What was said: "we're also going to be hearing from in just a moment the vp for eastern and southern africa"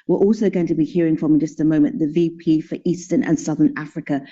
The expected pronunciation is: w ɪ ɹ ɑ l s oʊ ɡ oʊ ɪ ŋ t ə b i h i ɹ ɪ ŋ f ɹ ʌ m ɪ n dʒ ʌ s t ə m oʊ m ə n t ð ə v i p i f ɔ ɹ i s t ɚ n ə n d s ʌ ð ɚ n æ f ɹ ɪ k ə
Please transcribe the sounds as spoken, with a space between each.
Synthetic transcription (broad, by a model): w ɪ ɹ ɑ l s oʊ ɡ oʊ ɪ ŋ t ə b i h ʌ ɹ ɪ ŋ f ɹ ʌ m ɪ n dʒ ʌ s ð ə m oʊ m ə n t ð ə v i p i f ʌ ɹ i s t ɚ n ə n s ʌ ð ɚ n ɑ f ɹ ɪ k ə